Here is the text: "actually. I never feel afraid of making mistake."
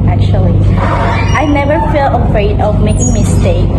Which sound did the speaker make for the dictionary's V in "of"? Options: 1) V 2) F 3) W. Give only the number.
1